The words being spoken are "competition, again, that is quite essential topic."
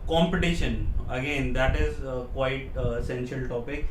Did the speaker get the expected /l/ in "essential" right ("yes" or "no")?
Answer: yes